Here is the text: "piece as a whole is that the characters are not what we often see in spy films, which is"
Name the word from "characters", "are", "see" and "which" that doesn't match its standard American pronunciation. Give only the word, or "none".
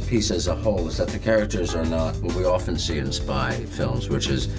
none